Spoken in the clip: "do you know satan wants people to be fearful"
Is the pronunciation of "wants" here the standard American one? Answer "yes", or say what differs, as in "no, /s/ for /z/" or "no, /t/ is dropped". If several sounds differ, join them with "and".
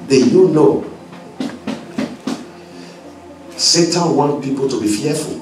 no, /s/ is dropped